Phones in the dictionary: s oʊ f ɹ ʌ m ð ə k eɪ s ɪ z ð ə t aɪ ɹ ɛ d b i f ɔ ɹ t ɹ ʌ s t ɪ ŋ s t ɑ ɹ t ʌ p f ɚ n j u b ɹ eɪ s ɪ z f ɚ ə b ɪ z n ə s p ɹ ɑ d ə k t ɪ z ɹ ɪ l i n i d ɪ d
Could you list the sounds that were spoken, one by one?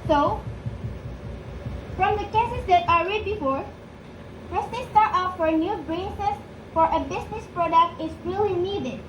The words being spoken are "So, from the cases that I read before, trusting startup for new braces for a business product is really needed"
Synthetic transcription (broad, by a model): s oʊ f ɹ ʌ m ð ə k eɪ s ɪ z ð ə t aɪ ɹ ɛ d b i f ɔ ɹ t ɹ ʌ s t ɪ s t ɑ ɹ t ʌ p f ɚ n j u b ɹ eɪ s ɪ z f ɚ ə b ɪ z n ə s p ɹ ɑ d ə k t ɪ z ɹ ɪ l i n i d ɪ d